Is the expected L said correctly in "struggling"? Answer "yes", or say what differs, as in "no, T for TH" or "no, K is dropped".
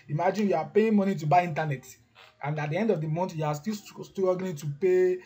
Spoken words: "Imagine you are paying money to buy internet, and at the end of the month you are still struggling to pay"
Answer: no, N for L